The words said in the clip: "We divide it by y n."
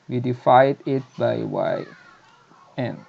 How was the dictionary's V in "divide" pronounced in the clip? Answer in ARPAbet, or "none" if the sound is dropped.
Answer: F